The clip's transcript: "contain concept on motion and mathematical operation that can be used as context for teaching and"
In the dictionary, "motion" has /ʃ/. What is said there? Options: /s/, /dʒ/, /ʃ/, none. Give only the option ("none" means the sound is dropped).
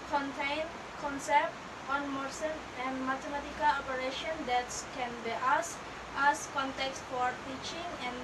/s/